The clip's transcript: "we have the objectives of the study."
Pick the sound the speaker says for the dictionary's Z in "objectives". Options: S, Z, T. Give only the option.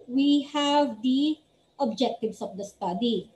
S